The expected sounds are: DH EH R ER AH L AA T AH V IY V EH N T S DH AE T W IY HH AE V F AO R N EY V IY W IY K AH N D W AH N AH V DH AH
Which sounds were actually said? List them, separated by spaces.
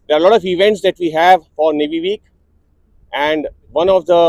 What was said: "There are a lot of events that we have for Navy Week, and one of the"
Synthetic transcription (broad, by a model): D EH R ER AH L AA T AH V IY V EH N T S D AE T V IY HH AE V F AO R N EY V IY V IY K AH N D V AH N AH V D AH